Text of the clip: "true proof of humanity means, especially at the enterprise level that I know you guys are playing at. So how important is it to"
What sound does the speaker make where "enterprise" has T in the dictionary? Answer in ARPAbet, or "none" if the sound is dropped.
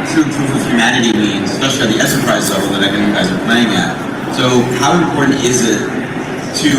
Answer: S